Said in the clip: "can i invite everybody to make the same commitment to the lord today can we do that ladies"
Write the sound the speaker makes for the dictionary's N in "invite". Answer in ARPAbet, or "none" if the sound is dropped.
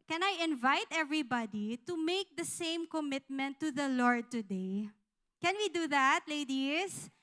N